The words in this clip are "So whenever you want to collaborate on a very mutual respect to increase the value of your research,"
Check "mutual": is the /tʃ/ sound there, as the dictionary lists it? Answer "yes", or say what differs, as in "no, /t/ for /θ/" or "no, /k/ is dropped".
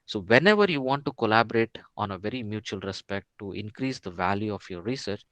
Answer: yes